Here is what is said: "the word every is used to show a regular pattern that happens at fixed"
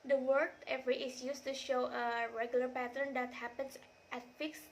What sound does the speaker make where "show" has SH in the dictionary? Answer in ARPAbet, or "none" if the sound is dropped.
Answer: SH